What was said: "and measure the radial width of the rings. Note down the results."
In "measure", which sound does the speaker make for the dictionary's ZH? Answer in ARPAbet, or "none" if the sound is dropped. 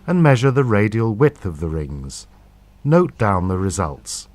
ZH